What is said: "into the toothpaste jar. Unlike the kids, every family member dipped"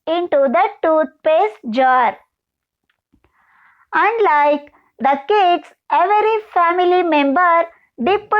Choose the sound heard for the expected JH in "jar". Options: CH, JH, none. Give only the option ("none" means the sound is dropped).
JH